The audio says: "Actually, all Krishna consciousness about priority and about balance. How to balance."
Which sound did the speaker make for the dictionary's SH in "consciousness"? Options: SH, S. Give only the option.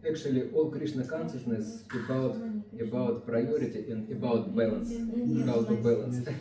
S